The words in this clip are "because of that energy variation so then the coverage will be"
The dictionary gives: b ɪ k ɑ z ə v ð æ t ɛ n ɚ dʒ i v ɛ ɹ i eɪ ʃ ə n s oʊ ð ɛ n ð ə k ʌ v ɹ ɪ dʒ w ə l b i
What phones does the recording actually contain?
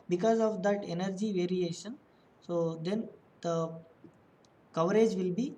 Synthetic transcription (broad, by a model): b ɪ k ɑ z ə v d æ t ɛ n ɚ dʒ i v ɛ ɹ i eɪ ʃ ə n s oʊ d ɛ n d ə k ʌ v ɹ ɪ dʒ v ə l b i